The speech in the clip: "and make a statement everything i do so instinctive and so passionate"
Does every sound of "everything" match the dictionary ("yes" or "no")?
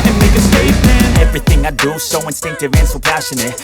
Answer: yes